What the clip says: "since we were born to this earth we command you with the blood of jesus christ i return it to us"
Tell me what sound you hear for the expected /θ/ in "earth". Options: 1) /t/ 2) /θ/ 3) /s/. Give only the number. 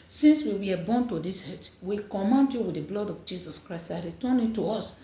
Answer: 1